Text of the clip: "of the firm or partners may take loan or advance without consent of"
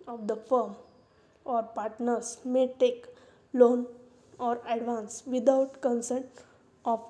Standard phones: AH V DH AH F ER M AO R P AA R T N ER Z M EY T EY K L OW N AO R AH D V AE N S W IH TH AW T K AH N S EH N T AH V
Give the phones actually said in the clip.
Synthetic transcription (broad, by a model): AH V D AH F ER M AO R P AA R T N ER S M EY T EY K L OW N AO R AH D V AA N S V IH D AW T K AH N S EH N T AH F